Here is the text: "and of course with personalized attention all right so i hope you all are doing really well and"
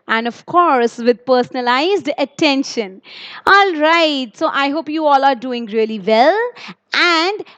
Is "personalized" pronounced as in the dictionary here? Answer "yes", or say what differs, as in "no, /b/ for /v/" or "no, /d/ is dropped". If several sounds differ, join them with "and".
yes